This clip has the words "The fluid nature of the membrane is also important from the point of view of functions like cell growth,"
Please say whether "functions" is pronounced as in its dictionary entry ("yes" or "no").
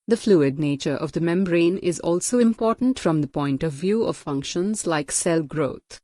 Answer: yes